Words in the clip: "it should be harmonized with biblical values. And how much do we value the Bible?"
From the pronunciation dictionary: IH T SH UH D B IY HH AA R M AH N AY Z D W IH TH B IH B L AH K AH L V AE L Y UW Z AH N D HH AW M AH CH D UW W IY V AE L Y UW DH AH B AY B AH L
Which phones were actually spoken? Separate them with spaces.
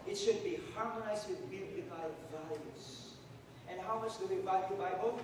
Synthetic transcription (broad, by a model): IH T SH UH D B IY HH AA R M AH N AY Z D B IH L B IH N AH AH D V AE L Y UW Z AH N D HH AW M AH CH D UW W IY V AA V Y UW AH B AY B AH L